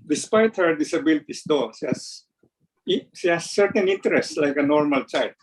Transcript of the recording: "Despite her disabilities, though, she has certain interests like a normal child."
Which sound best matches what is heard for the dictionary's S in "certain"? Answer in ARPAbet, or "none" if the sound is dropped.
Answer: SH